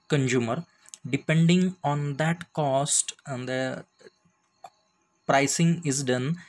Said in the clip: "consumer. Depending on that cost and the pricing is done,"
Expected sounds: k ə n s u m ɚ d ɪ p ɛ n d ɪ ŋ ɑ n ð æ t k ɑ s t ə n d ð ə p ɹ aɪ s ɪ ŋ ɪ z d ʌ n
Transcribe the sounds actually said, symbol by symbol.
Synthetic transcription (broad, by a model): k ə n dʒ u m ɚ d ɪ p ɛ n d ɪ ŋ ɑ n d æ t k ɑ s t ə n d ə p ɹ aɪ s ɪ ŋ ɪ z d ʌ n